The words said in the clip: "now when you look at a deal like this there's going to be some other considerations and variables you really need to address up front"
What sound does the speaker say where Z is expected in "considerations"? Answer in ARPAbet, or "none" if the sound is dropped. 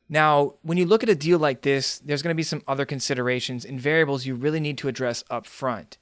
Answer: Z